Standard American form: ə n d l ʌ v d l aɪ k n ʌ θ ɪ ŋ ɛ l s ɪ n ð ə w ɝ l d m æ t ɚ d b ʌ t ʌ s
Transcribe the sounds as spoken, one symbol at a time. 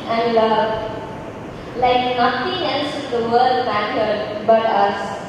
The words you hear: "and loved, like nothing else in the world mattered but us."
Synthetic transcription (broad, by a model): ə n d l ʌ l aɪ k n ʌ t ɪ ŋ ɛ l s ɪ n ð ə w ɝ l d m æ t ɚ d b ʌ t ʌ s